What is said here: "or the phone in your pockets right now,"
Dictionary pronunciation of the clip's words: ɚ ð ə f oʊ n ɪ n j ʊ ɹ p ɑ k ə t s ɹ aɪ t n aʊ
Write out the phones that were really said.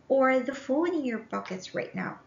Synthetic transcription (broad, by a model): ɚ ð ə f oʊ l ɪ n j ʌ ɹ b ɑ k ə t s ɹ aɪ t n aʊ